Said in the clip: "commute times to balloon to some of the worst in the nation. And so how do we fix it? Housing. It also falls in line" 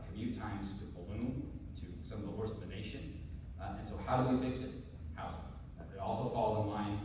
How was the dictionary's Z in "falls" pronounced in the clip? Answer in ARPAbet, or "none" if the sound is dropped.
Z